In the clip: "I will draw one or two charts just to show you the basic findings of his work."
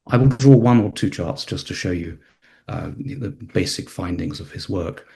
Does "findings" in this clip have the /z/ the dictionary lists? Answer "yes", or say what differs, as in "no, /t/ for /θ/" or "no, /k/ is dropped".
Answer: yes